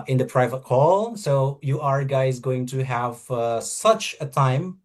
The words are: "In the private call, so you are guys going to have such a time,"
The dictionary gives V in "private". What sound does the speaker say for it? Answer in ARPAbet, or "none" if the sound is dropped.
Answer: V